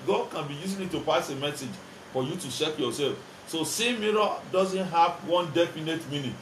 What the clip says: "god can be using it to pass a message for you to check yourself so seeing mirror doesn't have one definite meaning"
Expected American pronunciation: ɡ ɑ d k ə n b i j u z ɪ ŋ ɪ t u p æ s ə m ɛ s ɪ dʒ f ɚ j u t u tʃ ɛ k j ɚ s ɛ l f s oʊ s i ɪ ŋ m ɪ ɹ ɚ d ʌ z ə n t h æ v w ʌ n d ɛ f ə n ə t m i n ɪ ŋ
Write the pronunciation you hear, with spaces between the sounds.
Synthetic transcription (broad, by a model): ɡ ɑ d k ə n b i j u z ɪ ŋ ɪ t u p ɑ s ə m ɛ s ɪ dʒ f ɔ j u t u ʃ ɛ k j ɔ s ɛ l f s oʊ s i m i ɹ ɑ d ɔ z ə n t h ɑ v w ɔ n d ɛ f ə n ə t m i n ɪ